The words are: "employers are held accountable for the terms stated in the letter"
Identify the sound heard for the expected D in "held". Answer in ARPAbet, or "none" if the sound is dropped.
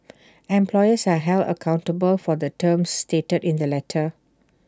none